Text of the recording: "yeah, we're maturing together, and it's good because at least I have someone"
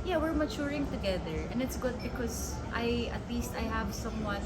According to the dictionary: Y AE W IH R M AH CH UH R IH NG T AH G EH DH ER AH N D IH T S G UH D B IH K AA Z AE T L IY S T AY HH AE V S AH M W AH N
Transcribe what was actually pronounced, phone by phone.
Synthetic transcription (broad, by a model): Y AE W IH R M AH CH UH R IH NG T AH G EH DH ER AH N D IH T S G UH D B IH K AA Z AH T L IY S T AY HH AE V S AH M W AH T